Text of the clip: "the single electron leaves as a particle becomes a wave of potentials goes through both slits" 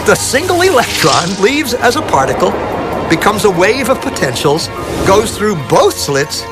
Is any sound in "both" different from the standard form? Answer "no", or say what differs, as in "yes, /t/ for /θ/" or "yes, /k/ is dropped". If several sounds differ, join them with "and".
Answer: no